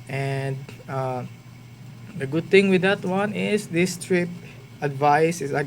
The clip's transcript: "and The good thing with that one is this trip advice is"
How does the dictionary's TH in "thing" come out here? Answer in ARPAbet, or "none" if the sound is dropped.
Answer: T